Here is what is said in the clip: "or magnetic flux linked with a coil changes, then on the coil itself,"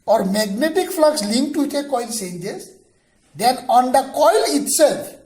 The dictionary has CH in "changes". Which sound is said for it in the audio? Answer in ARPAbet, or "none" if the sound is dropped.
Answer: S